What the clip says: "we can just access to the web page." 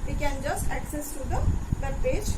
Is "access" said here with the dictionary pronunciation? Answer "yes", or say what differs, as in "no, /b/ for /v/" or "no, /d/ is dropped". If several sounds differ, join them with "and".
yes